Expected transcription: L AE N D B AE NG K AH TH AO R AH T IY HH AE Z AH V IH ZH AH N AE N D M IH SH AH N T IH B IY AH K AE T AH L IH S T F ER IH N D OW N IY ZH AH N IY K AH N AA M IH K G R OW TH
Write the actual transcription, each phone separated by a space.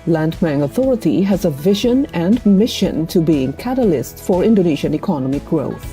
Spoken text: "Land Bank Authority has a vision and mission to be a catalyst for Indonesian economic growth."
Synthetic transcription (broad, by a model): L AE N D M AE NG AH TH AO R AH T IY HH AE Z AH V IH ZH AH N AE N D M IH SH AH N T IH B IY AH K AE T AH L IH S T F ER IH N D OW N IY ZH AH N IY K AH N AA M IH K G R OW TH